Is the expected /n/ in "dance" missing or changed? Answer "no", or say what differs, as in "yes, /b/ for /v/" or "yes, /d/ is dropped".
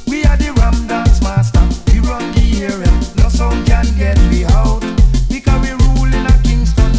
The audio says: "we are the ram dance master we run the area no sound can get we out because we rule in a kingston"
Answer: yes, /n/ is dropped